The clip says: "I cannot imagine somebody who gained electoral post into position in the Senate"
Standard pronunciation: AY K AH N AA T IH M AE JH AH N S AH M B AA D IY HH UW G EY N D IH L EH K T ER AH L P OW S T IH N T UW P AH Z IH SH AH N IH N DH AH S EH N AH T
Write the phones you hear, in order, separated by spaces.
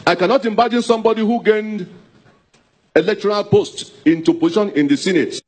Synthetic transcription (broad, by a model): AY K AH N AA T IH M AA JH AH N S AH M B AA D IY HH UW G EY N D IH L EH K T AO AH L P OW S T IH N T UW P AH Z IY SH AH N IH N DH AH S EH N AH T